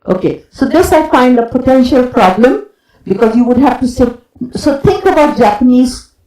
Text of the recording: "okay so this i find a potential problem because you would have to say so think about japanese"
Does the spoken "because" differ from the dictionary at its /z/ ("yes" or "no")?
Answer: no